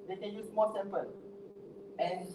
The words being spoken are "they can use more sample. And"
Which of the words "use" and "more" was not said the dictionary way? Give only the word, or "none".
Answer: more